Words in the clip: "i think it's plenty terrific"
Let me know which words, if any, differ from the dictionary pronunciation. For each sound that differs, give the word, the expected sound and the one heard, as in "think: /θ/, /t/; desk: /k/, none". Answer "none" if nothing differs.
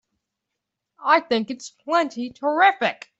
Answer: none